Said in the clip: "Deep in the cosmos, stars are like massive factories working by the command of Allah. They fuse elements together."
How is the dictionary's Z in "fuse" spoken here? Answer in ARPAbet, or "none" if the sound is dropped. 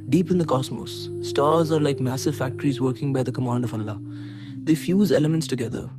Z